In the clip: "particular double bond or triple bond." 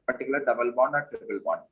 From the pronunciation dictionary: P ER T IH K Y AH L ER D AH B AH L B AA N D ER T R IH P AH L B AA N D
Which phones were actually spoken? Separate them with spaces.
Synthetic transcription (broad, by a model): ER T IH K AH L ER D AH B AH L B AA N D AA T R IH B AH L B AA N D